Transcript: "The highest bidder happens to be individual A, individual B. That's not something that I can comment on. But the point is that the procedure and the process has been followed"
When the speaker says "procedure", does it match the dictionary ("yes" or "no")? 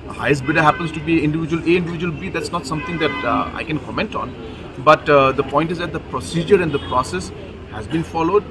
yes